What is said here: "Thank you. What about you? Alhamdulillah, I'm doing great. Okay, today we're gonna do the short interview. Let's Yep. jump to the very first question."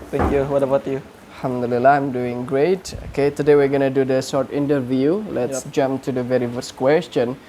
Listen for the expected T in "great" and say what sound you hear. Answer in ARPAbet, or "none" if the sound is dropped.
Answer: T